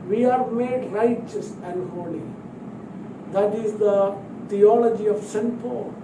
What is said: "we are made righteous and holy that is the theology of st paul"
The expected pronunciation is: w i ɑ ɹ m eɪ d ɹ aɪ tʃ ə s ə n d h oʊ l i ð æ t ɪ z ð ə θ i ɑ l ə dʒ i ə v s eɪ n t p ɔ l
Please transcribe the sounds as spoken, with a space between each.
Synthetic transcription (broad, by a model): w i ɑ ɹ m eɪ d ɹ aɪ tʃ ə s ə n d h oʊ l i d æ t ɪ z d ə t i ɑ l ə dʒ i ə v s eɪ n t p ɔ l